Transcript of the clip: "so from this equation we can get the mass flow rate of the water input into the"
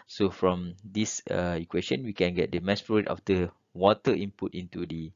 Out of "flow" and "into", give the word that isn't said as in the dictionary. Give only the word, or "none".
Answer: flow